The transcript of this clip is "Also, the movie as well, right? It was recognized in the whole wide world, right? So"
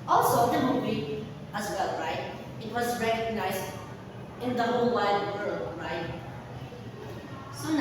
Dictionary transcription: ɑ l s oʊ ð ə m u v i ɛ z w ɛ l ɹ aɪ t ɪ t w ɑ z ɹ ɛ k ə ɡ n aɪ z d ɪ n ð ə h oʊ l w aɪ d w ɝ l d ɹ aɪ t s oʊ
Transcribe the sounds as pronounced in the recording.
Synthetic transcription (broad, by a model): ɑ l s oʊ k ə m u b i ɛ s w ɛ l ɹ aɪ t ɪ t w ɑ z ɹ ɛ k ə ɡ n aɪ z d ɪ n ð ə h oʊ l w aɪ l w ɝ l ɹ aɪ t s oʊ